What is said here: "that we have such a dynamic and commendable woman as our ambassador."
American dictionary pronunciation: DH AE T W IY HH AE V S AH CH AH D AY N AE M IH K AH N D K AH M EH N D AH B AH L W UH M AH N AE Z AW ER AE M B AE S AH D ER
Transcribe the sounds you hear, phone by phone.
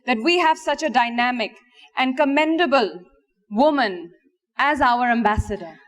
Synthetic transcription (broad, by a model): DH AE T W IY HH AE V S AH CH AH D AY N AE M IH K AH N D K AH M EH N D AH B AH L W UH M AH N AE Z AW ER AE M B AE S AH D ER